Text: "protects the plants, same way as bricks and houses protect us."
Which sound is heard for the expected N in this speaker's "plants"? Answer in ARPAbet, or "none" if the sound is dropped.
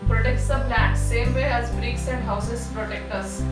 none